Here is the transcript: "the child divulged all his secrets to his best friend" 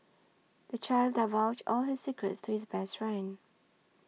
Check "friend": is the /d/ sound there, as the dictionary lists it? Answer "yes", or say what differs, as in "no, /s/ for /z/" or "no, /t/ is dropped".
no, /d/ is dropped